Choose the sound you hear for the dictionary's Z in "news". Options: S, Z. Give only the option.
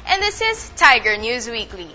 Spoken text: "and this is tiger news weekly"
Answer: Z